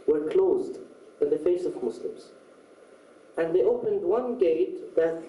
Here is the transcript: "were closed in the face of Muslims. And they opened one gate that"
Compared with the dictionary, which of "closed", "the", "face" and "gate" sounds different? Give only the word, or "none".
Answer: none